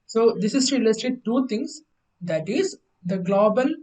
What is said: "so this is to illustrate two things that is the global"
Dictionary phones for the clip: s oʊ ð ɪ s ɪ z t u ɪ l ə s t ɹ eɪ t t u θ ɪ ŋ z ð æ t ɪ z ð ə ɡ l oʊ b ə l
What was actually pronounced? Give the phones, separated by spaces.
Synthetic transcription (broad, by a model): s oʊ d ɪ s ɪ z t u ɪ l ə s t eɪ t t u t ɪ ŋ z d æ t ɪ z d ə ɡ l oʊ b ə l